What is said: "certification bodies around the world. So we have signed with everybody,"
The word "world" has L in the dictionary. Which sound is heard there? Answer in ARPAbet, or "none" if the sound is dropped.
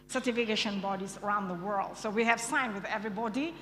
L